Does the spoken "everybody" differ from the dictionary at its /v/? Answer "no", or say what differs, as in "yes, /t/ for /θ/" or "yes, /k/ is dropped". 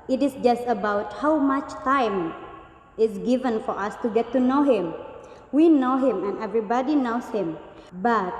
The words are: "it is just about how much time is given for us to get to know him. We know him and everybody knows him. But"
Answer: no